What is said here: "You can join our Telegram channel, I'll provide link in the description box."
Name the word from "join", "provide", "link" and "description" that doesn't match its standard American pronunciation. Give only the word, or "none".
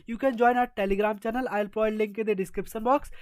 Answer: provide